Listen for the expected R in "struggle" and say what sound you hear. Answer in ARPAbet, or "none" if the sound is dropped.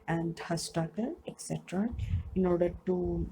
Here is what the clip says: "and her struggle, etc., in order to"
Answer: none